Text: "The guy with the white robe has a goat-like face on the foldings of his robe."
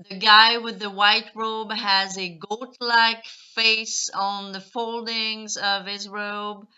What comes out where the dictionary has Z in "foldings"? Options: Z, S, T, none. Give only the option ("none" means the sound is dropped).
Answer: Z